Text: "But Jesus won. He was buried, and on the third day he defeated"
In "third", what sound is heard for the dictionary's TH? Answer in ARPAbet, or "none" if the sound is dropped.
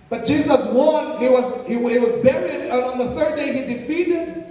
TH